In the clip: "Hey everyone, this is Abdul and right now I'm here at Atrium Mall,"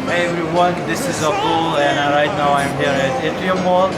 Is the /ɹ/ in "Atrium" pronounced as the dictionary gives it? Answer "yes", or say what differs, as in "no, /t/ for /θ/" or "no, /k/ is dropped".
no, /ɹ/ is dropped